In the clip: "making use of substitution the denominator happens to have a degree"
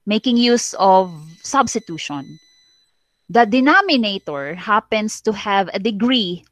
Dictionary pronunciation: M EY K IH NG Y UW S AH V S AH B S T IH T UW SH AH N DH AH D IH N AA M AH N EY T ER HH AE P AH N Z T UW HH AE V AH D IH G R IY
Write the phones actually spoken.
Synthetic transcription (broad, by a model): M EY K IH NG Y UW S AH V S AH B S T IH T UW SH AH N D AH D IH N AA M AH N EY T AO HH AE P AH N S T UW HH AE V AH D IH G R IY